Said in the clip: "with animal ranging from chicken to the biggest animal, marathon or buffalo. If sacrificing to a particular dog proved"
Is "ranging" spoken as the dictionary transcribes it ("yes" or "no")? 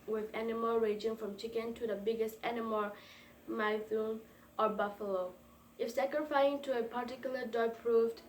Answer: no